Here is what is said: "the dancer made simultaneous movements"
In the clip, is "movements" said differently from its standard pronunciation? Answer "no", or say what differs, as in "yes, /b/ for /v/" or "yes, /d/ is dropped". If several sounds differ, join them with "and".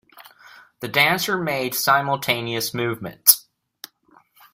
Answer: no